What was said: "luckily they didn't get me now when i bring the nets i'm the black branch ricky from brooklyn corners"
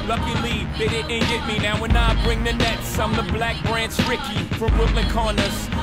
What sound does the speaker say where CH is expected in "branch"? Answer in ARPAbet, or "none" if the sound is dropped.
S